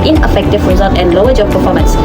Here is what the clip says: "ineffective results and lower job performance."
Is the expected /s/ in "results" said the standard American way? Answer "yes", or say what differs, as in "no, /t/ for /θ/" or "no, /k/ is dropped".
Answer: no, /s/ is dropped